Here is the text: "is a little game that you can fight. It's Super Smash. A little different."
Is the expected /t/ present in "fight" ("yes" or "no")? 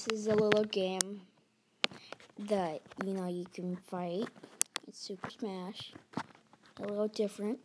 yes